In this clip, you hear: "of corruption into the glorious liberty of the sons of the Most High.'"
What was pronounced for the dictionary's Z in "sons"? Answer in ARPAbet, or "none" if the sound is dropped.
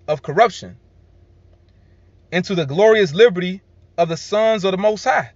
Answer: Z